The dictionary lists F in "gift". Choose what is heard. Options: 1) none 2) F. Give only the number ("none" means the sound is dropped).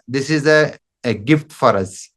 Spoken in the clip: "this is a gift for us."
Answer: 2